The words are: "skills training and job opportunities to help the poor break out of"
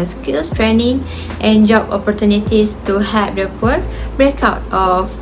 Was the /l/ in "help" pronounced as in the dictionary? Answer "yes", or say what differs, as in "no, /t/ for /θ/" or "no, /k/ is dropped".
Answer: no, /l/ is dropped